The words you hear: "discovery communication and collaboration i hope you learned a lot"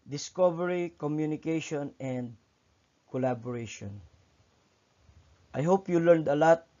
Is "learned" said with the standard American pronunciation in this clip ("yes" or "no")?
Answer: yes